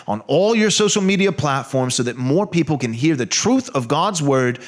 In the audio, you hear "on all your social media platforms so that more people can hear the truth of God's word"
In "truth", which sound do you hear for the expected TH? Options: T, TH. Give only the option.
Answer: TH